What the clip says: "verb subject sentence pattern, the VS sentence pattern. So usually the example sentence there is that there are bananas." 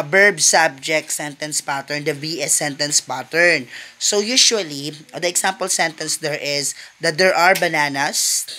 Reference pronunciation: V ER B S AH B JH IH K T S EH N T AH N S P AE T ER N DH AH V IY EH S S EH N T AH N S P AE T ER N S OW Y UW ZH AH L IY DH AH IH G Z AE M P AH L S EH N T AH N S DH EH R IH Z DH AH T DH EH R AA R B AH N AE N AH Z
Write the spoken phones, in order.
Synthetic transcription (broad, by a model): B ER B S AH B JH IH K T S EH N T AH N S P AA T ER N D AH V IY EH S S EH N T AH N S P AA T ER N S OW Y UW SH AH L IY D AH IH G S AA M P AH L S EH N T AH N S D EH R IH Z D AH T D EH R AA R B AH N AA N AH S